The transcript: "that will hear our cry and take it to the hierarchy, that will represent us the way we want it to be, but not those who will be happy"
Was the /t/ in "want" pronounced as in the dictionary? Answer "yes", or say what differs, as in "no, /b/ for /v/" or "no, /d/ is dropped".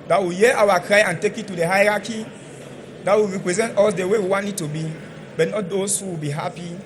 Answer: no, /t/ is dropped